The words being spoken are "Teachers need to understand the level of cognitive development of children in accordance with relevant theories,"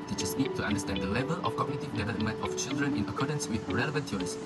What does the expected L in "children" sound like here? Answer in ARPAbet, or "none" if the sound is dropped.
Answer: L